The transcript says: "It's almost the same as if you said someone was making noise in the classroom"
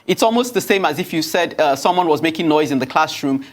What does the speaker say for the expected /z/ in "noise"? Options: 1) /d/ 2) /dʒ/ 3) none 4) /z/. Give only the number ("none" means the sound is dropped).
4